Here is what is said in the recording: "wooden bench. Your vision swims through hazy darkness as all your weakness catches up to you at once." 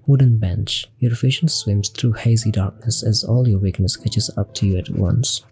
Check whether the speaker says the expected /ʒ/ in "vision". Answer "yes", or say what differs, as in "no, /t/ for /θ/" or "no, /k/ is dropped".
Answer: no, /ʃ/ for /ʒ/